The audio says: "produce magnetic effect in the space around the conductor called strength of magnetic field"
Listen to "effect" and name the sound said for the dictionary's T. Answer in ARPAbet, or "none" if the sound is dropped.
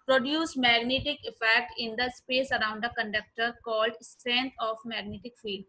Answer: T